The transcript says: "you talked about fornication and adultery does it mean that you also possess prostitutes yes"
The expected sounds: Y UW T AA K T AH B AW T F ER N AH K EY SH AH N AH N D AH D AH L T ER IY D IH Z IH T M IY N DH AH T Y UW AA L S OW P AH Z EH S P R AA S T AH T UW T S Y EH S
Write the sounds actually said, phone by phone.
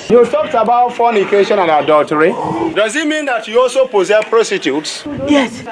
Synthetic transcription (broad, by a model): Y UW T AA K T AH B AW T F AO N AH K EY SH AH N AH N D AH D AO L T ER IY D IH Z IH T M IY N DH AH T Y UW AA L S OW P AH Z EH P R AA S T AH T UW T S Y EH S